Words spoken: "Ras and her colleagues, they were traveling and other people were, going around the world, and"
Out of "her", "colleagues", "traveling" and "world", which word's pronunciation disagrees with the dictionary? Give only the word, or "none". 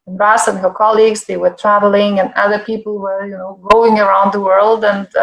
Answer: none